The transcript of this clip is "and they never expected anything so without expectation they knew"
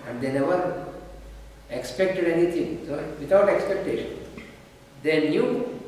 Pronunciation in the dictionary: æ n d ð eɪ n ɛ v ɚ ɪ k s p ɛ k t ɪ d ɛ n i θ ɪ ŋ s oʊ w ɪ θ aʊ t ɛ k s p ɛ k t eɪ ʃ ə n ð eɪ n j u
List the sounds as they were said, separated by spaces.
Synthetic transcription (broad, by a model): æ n d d eɪ n ɛ v ɚ ɪ k s p ɛ k t ɪ d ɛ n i t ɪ ŋ s oʊ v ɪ t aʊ t ɛ k s p ɛ k t eɪ ʃ ə n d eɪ n j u